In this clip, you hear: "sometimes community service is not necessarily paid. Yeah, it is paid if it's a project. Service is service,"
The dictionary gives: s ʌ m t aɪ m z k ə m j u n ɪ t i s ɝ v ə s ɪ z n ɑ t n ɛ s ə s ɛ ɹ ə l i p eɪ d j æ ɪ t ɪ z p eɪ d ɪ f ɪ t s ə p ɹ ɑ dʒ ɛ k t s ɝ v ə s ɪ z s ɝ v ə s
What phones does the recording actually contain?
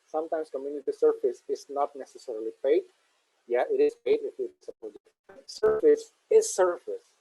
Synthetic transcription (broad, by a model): s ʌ m t aɪ m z k ə m j u n ɪ t i s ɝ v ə s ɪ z n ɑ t n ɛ s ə s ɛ ɹ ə l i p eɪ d j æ ɪ t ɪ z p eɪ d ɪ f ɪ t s ə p ɑ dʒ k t s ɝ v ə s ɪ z s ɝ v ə s